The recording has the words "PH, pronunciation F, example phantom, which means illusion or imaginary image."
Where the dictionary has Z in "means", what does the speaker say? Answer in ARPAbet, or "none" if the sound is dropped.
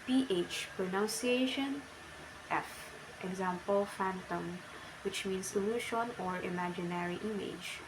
S